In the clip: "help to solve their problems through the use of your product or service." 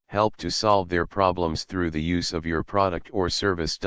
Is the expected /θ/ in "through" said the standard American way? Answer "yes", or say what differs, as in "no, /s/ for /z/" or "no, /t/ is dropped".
yes